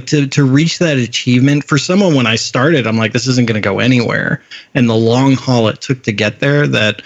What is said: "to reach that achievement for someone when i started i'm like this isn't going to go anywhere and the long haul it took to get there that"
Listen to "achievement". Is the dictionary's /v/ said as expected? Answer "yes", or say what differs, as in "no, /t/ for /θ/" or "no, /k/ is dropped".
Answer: yes